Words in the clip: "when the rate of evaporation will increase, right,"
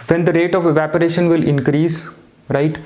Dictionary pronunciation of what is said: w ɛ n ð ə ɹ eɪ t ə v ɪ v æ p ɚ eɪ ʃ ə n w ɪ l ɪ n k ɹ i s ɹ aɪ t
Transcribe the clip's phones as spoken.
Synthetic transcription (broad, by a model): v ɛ n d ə ɹ eɪ t ə v ɪ v æ p ɚ eɪ ʃ ə n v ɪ l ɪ n k ɹ i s ɹ aɪ t